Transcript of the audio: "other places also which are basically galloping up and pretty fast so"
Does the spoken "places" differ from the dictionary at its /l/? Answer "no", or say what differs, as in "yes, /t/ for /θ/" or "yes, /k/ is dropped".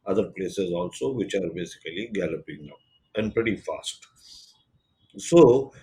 no